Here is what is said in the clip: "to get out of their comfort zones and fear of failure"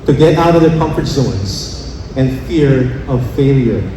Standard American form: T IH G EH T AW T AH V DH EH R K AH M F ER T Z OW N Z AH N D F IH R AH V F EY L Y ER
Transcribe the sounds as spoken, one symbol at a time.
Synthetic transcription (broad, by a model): T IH G EH T AW T AH V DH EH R K AH M F ER T S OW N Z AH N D F IH R AH V F EY L Y ER